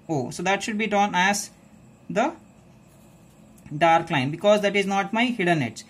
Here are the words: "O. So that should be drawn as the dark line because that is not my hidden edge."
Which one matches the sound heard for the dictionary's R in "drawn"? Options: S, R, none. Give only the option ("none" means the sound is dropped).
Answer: none